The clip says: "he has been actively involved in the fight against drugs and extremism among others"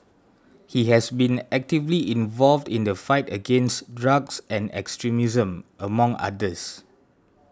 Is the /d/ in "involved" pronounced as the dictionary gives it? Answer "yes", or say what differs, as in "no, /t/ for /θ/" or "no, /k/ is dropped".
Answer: yes